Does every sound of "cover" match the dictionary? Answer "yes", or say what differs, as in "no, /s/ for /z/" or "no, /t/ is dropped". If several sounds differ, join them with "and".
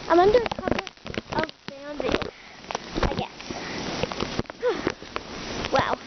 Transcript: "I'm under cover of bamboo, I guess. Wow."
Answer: no, /p/ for /v/